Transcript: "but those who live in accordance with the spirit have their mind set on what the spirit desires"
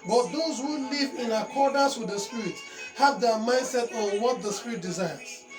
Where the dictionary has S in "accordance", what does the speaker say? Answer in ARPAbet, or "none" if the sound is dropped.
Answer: S